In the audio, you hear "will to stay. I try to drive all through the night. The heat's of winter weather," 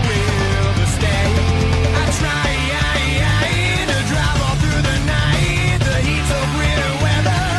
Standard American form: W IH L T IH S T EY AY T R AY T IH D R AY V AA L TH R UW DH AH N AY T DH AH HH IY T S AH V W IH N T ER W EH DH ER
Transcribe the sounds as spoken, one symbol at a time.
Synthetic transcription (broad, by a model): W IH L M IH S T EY AY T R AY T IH D R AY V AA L TH R UW DH AH N AY T DH AH HH IY T S AH V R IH T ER W EH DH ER